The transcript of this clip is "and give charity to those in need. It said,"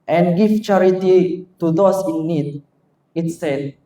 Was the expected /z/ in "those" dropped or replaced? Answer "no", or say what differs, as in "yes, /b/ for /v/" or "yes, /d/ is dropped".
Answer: yes, /s/ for /z/